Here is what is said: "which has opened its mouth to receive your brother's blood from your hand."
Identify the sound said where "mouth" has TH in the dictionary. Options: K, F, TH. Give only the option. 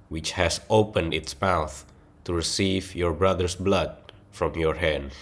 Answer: TH